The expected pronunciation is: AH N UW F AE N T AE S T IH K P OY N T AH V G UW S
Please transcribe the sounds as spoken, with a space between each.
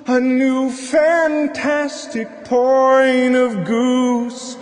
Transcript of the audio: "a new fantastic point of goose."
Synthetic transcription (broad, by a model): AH N UW F AE N T AE S T IH K P OY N AH V G UW S